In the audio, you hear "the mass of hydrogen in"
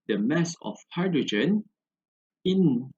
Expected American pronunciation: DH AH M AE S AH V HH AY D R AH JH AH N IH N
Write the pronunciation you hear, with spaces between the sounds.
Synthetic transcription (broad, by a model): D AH M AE S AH F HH AY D R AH JH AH N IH N